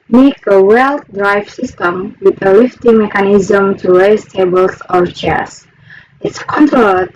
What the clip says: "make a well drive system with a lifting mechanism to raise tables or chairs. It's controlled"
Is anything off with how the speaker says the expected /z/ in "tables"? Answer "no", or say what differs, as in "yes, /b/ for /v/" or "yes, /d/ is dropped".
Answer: yes, /s/ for /z/